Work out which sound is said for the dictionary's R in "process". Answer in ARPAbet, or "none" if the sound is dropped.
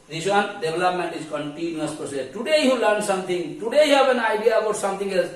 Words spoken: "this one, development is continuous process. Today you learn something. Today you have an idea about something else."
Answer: none